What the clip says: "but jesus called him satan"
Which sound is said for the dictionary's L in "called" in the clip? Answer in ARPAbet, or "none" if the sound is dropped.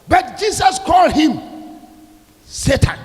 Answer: L